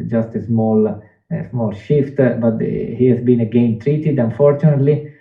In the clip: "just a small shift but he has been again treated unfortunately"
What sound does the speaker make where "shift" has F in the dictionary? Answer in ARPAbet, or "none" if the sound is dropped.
F